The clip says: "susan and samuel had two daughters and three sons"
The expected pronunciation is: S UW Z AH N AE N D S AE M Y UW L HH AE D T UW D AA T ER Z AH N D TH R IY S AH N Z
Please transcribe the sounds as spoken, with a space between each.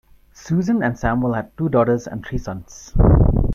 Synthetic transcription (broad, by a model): S UW Z AH N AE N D S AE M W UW L HH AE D T UW D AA T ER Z AH N D T R IY S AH N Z